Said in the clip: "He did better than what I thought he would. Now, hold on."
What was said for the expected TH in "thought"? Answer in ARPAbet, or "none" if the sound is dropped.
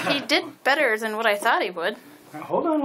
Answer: TH